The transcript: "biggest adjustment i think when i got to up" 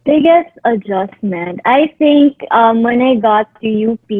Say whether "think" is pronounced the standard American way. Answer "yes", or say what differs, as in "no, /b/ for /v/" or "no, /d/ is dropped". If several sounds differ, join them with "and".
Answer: no, /t/ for /θ/